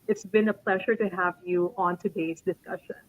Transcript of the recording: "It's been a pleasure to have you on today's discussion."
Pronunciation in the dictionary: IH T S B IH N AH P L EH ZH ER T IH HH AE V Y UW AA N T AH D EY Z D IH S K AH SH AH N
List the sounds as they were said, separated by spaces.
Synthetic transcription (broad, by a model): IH T S B IH N AH P L EH ZH ER T IH HH AE V Y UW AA N T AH D EY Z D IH S K AH SH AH N